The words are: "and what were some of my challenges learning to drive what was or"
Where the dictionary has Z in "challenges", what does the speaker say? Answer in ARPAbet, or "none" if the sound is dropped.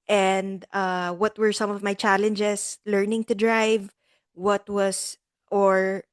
S